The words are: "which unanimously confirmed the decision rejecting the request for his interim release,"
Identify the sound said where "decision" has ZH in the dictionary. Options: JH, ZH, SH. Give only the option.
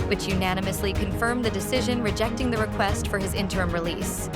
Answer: ZH